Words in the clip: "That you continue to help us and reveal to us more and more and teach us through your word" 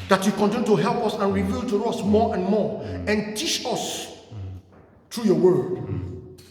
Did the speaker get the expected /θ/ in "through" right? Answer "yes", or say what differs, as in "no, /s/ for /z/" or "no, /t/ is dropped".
no, /t/ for /θ/